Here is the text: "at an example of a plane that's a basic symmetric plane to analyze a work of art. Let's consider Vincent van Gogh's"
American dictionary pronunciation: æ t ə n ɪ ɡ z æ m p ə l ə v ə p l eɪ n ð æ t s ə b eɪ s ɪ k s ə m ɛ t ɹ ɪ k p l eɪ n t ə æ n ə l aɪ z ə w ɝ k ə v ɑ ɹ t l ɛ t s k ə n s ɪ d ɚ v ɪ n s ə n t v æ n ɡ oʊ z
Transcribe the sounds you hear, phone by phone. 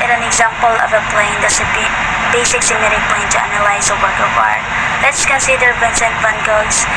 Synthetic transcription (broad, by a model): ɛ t ə n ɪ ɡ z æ m p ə l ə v ə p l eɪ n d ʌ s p ə b eɪ s ɪ k s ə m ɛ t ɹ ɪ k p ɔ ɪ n t ə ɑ n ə l aɪ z ə w ɝ k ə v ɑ ɹ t l ɛ t s k ə n s ɪ d ɚ p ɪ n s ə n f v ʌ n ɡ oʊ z